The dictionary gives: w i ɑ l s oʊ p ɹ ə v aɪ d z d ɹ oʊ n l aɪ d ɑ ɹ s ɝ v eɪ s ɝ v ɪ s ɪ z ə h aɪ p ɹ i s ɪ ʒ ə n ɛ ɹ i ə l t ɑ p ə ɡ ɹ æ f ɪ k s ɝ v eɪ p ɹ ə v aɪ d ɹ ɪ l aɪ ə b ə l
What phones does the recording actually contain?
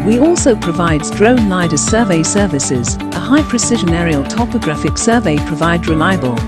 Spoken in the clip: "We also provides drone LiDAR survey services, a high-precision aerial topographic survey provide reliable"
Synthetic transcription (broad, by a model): w i ɑ l s oʊ p ɹ ə v aɪ d z d ɹ oʊ n l aɪ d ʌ s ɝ v eɪ s ɝ v ɪ s ɪ z ə h aɪ p ɹ i s ɪ ʒ ə n ɛ ɹ i ə l t ɑ p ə ɡ ɹ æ f ɪ k s ɝ v eɪ p ɹ ə v aɪ d ɹ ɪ l aɪ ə b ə l